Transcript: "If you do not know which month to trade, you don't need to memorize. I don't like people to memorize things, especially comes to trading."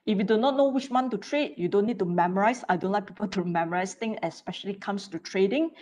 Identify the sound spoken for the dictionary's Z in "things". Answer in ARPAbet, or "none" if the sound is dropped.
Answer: none